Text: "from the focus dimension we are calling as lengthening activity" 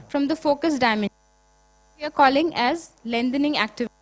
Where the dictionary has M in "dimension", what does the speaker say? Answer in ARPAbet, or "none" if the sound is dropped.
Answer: none